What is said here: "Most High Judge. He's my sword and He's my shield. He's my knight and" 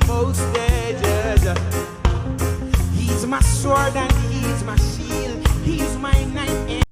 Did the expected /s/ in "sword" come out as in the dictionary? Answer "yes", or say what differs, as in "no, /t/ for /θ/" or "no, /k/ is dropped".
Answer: yes